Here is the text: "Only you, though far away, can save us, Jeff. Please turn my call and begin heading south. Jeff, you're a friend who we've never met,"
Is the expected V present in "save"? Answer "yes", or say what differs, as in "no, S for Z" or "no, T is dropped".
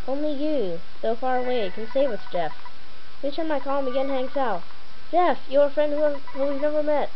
no, W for V